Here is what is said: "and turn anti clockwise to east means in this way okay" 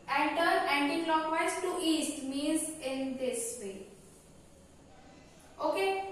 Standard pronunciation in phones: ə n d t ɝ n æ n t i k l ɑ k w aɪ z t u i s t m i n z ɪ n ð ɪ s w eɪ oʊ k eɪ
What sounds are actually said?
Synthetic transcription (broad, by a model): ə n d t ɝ æ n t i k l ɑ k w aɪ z t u i s t m i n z ɪ n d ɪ s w eɪ oʊ k eɪ